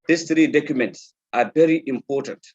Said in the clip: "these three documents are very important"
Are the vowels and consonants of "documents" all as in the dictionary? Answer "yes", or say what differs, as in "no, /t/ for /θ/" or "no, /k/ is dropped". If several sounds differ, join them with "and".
yes